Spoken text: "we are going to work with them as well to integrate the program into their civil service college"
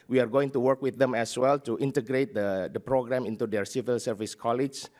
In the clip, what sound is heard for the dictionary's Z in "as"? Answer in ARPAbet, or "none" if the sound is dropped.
S